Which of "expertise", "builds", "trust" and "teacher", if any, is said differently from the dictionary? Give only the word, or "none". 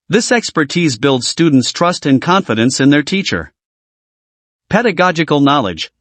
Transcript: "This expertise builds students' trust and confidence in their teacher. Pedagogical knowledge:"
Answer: none